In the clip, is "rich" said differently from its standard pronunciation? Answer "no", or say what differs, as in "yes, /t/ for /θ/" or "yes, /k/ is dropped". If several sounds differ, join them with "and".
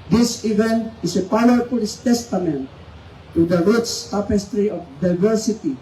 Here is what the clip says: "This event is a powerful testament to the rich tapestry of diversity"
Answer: yes, /s/ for /tʃ/